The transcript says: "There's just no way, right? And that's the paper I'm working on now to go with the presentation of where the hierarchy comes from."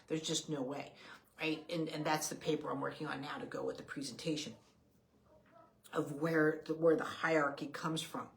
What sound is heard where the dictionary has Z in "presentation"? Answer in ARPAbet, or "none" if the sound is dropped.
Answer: Z